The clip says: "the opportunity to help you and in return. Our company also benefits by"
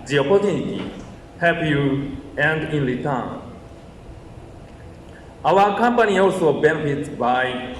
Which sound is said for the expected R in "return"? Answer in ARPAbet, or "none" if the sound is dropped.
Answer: L